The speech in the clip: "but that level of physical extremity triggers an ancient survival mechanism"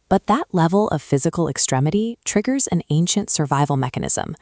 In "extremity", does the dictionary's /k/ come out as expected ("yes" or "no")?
yes